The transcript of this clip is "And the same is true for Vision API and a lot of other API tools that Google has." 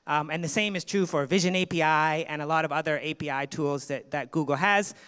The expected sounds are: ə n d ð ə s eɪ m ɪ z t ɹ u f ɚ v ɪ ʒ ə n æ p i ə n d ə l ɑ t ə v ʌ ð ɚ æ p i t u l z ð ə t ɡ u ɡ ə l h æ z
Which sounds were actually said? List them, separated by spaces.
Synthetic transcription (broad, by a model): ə n ð ə s eɪ m ɪ z t ɹ u f ɚ v ɪ ʒ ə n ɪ p i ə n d ə l ɑ t ə v ʌ ð ɚ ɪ p i t u l z ð ə t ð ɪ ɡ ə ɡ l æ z